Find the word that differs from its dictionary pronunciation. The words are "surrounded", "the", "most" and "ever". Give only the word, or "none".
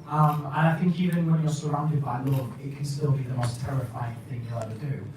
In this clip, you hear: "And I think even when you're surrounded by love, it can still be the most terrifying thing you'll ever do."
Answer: ever